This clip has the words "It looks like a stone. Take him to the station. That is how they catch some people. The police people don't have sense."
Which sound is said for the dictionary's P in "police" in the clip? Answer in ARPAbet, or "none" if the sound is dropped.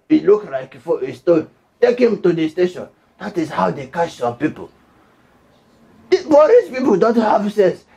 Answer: B